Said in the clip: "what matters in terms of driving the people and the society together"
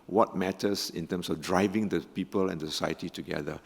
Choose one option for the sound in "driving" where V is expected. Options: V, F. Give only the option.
V